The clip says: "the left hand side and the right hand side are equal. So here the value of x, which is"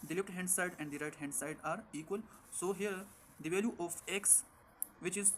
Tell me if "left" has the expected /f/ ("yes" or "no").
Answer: no